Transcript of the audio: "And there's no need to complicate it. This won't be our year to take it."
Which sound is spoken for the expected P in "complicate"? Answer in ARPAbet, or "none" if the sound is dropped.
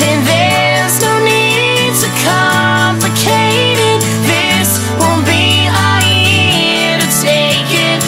P